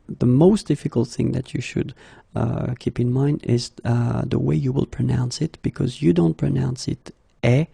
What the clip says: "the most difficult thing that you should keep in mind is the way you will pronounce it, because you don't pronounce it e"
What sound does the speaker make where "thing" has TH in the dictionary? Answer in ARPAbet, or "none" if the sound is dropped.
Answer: TH